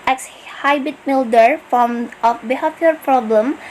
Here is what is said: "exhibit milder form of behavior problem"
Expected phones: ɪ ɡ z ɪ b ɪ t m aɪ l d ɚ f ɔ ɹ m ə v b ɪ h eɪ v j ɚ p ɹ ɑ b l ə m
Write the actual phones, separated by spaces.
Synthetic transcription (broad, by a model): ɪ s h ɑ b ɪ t m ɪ l d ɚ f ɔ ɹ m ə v b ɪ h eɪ p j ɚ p ɹ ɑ b l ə m